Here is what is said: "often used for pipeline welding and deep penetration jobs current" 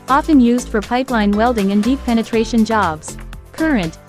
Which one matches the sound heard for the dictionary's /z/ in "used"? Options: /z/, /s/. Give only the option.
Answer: /z/